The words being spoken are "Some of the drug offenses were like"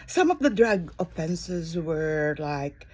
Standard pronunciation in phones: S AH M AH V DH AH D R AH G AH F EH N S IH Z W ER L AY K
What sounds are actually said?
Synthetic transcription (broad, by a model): S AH M AH V DH AH D R AH G AH F EH N S IH Z W ER L AY K